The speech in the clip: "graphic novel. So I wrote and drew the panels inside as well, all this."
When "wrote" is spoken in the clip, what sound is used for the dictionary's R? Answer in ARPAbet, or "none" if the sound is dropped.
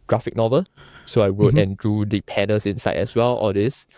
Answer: W